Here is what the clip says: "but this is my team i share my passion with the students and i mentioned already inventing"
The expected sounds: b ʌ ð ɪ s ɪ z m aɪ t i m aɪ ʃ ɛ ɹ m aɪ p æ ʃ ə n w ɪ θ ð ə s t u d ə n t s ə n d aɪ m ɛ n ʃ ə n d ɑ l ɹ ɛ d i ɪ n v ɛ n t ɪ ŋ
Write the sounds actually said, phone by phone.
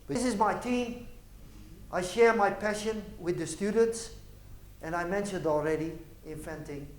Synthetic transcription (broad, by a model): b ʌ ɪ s ɪ z m aɪ t i m aɪ ʃ ɛ ɹ m aɪ p æ ʃ ə n w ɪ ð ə s t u d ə n t s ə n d aɪ m ɛ n ʃ ə n d ɑ l ɹ ɛ d i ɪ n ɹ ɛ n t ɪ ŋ